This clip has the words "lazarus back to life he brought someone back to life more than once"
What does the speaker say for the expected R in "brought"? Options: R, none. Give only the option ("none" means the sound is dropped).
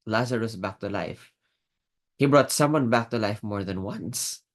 R